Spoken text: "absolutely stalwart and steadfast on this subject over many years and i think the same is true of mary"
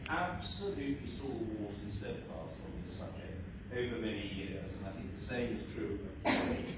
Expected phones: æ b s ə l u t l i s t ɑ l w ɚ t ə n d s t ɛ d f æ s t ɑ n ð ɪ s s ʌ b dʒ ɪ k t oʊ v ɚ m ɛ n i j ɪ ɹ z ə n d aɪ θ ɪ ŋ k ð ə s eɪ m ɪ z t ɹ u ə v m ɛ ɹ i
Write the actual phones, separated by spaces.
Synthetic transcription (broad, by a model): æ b s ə l u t l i s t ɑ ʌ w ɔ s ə n s t ɛ d p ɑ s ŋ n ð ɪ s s ʌ b dʒ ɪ k t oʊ v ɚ m ɛ n i j ɪ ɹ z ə n aɪ θ ɪ ŋ k ð ə s eɪ m ɪ z t ɹ u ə